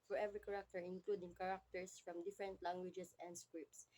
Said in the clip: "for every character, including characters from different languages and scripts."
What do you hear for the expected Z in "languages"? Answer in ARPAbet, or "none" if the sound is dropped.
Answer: S